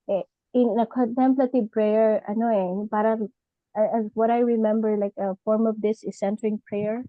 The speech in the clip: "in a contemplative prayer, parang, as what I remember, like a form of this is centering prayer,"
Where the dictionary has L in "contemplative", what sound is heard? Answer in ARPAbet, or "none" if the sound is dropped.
L